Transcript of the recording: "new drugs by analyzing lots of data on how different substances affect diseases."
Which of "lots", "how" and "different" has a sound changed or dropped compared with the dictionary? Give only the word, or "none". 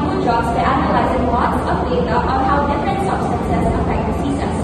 lots